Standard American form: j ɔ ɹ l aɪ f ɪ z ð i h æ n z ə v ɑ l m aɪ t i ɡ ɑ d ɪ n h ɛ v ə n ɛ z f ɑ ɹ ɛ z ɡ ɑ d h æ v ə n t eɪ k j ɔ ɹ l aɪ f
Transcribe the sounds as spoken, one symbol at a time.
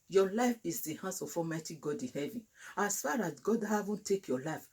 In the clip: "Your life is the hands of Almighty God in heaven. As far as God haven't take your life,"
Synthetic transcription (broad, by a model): j ɔ l aɪ f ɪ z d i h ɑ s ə f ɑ m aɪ t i ɡ ɑ d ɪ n h ɛ v ə n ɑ s f ɑ ɹ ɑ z ɡ ɑ d h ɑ v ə n t eɪ k j ɔ l aɪ f